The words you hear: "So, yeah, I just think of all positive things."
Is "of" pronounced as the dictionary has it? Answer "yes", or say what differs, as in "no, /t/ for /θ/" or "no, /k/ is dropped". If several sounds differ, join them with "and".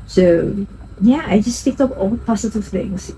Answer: no, /p/ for /v/